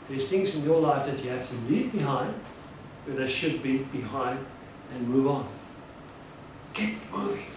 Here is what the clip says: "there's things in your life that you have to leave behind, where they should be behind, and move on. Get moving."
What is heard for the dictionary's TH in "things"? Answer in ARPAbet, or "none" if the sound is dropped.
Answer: TH